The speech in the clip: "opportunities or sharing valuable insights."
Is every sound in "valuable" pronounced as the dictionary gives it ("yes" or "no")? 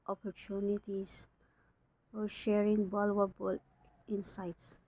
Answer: no